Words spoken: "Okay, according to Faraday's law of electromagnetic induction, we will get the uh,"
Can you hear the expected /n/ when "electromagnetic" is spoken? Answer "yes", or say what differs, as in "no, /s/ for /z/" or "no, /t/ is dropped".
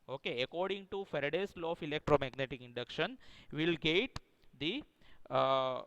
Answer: yes